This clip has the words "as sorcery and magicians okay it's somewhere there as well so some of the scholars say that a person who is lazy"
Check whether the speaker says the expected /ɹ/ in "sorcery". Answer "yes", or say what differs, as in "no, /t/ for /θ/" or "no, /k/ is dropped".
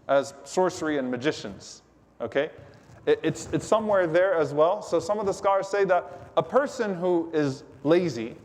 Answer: yes